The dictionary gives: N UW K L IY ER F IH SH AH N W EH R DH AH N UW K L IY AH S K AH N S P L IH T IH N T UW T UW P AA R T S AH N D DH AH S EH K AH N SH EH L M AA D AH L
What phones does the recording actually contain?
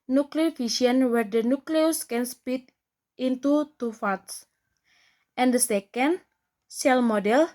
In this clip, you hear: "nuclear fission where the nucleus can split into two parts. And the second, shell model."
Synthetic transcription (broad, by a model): N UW K L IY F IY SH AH N W EH R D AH N UW K L IY AH S K AH N S P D T IH N T UW T UW F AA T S AH N D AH S EH K AH N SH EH L M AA D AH L